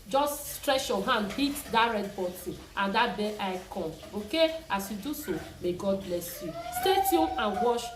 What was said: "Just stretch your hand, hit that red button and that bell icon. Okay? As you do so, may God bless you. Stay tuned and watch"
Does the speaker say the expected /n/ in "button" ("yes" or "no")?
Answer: no